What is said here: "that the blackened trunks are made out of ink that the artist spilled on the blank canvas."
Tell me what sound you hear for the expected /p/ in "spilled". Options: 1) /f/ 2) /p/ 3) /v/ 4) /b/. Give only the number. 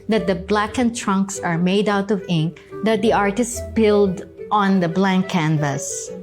4